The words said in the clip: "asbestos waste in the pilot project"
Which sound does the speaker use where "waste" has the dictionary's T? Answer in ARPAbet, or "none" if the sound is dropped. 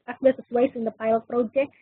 none